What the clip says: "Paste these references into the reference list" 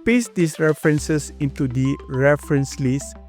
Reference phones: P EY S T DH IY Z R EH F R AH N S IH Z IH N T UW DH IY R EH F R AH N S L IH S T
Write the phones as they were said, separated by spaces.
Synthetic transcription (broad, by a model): P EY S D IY S R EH F R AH N S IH S IH N T UW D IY R EH F R AH N S L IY S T